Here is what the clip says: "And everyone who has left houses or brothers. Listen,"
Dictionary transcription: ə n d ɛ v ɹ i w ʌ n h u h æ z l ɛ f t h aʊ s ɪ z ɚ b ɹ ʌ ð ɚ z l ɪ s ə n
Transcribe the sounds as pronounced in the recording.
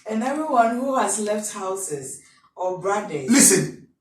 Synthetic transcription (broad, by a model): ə n ɛ v ɹ i w ʌ n h u h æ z l ɛ f t h aʊ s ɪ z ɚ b ɹ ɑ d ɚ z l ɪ s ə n